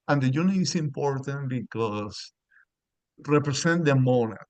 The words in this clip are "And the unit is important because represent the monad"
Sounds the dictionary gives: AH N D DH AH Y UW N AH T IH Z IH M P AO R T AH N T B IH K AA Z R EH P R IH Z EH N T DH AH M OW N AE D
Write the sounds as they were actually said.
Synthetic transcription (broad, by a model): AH N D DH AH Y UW N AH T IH S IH M P AO R T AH N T B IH K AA S R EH P R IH S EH N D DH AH M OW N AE